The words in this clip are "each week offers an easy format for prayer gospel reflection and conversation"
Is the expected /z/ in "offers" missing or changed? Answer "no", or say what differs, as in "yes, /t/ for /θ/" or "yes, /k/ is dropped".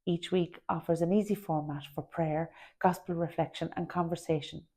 no